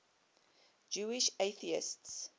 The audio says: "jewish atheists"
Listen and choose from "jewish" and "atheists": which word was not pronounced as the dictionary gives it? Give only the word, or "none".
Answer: none